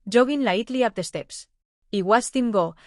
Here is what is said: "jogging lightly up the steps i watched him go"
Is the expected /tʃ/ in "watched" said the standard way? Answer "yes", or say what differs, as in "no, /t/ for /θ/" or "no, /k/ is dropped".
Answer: no, /s/ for /tʃ/